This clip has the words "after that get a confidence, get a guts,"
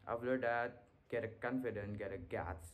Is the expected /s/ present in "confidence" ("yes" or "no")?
no